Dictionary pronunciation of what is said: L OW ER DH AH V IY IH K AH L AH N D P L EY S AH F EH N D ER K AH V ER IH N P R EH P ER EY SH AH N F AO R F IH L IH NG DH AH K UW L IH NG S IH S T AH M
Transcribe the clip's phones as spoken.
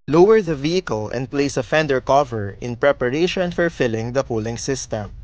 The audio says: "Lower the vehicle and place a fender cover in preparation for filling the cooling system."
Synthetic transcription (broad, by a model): L OW ER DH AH V IY IH K AH L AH N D P L EY S AH F EH N D ER K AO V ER IH N P R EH P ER EY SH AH N F AO R F IH L IH NG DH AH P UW L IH NG S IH S T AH M